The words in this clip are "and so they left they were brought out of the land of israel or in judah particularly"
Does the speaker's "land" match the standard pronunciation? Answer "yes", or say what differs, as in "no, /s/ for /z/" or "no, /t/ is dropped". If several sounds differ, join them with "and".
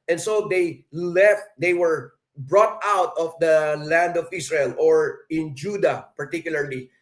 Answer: yes